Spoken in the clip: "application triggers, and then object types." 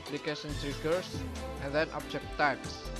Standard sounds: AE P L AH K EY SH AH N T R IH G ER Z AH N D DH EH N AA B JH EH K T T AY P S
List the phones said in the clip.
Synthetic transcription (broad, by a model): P L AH K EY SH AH N S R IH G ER S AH N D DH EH N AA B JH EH K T T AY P S